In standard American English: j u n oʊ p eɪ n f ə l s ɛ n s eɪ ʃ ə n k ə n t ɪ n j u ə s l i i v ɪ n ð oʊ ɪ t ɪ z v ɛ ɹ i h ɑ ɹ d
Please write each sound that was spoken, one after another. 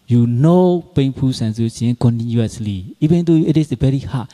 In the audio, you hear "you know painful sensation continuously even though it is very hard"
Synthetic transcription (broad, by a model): j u n oʊ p eɪ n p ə s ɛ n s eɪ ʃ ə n k ə n t ɪ n j u ə s l i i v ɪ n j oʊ ɪ t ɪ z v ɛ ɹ i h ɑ